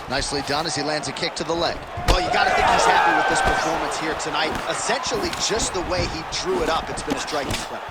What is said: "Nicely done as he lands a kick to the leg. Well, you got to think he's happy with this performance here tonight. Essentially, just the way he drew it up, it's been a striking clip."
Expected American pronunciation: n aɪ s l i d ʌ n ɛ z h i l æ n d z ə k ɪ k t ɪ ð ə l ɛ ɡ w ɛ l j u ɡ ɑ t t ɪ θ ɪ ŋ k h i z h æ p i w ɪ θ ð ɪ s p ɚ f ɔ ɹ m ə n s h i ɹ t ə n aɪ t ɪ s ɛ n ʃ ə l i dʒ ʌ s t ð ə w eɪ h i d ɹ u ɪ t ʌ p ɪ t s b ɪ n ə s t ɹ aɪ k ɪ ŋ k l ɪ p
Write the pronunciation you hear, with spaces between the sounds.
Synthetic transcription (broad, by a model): n aɪ s l i d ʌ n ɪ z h i l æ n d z ə k ɪ k t ɪ ð ə l ɛ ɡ w ɛ l j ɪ ɡ ɑ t t ɪ θ ɪ ŋ k h i z h æ p i w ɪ ð ɪ s p ɚ f ɔ ɹ m ə n s h i ɹ t ə n aɪ t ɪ s ɛ n ʃ l i dʒ ʌ s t ð ə w eɪ i d ɹ u ɪ t ʌ p ɪ t s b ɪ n ə s t ɹ aɪ k ɪ ŋ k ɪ